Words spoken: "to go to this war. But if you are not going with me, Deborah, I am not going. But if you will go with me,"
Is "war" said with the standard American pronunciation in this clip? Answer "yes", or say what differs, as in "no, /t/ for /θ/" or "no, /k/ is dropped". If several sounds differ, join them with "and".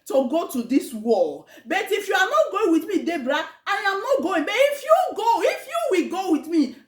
no, /l/ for /ɹ/